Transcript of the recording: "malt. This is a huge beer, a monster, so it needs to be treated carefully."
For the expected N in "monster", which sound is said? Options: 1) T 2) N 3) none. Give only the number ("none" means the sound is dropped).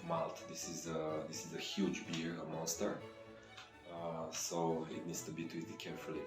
2